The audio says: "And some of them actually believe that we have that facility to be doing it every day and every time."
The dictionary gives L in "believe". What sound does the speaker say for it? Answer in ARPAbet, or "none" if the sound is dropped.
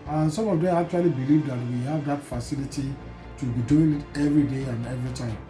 L